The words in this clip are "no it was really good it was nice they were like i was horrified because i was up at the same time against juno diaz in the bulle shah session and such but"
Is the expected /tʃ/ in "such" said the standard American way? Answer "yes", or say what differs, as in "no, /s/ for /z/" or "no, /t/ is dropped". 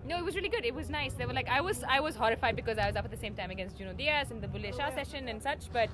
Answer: yes